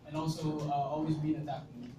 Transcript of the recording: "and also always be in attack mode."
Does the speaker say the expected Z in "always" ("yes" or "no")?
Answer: yes